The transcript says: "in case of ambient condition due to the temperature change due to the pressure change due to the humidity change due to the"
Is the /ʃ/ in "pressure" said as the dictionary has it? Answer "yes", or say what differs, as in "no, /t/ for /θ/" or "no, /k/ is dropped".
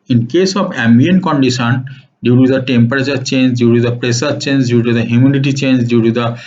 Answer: no, /s/ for /ʃ/